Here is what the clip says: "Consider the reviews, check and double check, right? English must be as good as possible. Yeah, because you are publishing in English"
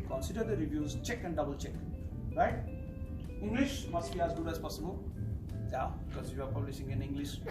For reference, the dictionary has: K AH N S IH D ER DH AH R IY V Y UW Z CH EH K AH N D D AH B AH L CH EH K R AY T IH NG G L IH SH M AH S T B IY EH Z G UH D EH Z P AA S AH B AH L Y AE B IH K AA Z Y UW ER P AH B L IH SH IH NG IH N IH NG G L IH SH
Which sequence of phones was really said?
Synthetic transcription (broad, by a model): K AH N S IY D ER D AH R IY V Y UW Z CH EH K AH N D D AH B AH L CH EH K R AY T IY NG G L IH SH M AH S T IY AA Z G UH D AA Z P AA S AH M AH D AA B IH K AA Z Y UW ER P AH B L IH S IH NG IH N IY NG G L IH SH